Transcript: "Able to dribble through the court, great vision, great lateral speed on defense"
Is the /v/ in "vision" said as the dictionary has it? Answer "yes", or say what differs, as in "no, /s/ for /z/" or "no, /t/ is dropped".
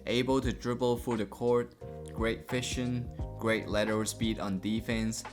no, /f/ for /v/